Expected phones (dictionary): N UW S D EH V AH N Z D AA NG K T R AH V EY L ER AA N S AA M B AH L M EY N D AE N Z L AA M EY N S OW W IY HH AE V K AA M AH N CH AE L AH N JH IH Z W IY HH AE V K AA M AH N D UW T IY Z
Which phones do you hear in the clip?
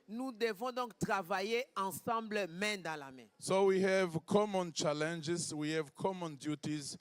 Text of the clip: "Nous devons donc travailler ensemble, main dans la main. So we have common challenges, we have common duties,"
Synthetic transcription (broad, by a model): N UW D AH V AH D AA K T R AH V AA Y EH AA S AA B L M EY D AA L AA M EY S OW W IY HH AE V K AA M AH N CH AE L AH N JH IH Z W IY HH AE V K AA M AH N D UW T IY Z